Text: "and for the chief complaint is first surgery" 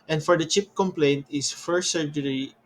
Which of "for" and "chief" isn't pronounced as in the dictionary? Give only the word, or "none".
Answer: chief